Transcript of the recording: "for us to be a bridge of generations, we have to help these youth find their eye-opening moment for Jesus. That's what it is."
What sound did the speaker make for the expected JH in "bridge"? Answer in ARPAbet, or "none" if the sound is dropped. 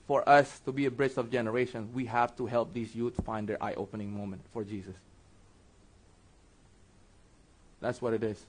CH